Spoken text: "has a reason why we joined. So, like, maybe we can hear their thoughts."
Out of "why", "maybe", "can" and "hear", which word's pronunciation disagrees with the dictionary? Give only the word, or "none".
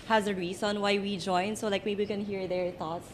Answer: maybe